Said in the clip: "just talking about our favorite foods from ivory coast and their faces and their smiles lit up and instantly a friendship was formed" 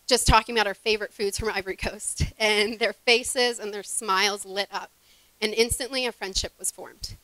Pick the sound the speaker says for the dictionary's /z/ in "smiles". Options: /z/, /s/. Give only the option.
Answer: /z/